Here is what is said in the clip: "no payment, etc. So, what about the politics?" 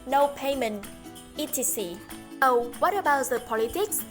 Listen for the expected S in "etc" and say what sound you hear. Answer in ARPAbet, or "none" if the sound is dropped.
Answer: none